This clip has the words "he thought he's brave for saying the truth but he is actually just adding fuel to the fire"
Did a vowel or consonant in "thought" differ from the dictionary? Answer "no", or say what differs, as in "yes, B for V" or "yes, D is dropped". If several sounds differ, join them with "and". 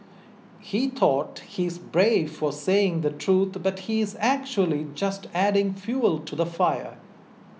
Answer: yes, T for TH